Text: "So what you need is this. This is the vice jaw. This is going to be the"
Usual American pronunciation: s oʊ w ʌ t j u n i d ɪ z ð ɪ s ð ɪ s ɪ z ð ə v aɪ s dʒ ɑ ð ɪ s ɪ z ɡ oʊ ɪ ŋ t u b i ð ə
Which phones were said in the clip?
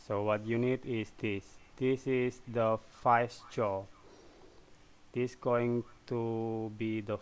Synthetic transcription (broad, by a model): s oʊ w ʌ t j u n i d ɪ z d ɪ s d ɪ s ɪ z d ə f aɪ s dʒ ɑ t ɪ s ɡ oʊ ɪ ŋ t u b i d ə